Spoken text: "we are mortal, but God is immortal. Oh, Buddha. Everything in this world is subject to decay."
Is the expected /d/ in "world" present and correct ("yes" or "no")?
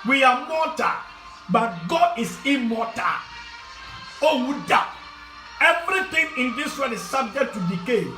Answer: no